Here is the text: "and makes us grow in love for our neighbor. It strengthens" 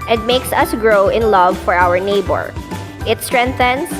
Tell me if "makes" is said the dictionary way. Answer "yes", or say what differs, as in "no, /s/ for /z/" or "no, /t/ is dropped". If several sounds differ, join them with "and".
yes